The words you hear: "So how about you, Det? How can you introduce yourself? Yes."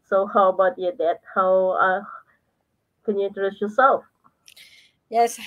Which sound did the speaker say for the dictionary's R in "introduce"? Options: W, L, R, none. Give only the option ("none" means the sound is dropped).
none